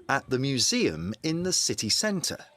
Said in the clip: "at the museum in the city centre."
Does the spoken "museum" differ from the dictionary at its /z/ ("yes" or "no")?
no